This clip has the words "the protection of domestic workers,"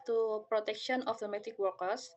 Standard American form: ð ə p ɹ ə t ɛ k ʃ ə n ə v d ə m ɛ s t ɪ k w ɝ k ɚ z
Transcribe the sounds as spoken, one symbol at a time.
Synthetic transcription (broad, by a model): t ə p ɹ ə t ɛ k ʃ ə n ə f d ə m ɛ t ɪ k w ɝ k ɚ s